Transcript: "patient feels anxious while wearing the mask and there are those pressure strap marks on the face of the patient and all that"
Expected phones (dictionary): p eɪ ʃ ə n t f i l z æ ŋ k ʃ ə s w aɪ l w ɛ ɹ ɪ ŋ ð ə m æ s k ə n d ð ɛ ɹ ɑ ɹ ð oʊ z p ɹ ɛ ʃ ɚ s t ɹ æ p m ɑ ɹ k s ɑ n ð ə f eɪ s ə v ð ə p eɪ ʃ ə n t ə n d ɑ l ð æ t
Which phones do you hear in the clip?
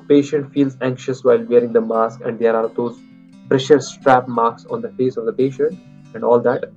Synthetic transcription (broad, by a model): p eɪ ʃ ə n t f i l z æ ŋ k ʃ ə s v aɪ l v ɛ ɹ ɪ ŋ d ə m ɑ s k ə n d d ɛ ɹ ɑ ɹ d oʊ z p ɹ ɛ ʃ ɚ s t ɹ æ p m ɑ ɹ k s ɑ n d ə f eɪ s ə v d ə p eɪ ʃ ə n t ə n d ɑ l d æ t